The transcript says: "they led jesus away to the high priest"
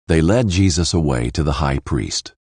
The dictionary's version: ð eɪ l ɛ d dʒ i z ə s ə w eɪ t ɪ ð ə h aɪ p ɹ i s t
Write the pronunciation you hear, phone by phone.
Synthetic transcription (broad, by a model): ð eɪ l ɛ d dʒ i z ə s ə w eɪ t ɪ ð ə h aɪ p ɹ i s t